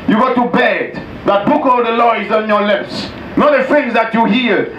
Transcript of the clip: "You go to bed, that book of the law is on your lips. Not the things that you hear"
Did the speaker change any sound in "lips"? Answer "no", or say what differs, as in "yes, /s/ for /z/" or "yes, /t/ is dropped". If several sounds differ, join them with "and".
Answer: no